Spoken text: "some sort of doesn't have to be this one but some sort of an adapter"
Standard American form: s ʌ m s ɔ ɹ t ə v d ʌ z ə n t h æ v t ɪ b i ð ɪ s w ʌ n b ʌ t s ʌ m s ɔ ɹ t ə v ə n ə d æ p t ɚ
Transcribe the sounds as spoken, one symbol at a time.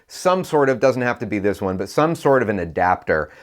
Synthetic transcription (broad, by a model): s ʌ m s ɔ ɹ t ə v d ʌ z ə n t h æ f t ɪ b i ð ɪ s w ʌ n b ʌ t s ʌ m s ɔ ɹ t ə v ə n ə d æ p t ɚ